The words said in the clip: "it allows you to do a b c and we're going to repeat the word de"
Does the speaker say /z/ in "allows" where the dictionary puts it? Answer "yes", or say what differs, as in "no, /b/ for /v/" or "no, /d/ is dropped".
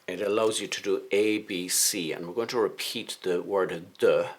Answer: yes